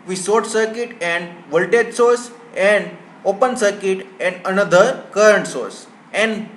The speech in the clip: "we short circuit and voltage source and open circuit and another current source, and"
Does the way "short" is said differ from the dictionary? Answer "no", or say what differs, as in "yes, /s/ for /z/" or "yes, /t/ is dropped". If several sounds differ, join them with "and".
yes, /s/ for /ʃ/